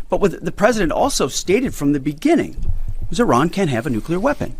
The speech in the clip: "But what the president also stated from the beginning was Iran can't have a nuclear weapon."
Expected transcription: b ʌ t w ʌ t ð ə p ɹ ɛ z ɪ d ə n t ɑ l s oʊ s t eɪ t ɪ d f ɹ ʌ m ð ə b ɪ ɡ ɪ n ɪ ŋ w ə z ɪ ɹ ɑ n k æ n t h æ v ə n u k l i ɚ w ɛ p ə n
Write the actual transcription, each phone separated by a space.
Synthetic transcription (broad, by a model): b ʌ t w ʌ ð ð ə p ɹ ɛ z ɪ d ə n t ɑ l s oʊ s t eɪ t ɪ d f ɹ ʌ m ð ə b ɪ ɡ ɪ n ɪ ŋ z ɪ ɹ ɑ n k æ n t h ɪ v ə n u k l i ɚ w ɛ p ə n